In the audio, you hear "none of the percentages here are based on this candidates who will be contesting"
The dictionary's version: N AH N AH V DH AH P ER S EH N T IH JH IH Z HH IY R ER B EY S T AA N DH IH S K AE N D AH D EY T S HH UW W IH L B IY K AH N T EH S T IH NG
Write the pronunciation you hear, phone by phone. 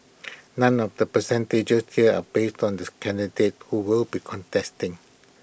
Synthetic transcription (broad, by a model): N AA N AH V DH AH P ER S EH N T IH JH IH S HH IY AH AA B EY S T AA N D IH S K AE N D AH D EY T HH UW W IH L B IY K AH N T EH S T IH NG